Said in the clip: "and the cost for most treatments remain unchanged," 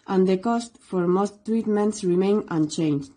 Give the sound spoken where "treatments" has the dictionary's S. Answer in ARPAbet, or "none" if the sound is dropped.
S